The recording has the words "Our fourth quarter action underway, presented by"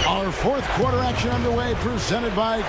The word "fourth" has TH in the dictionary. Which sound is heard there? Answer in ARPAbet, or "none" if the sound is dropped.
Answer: TH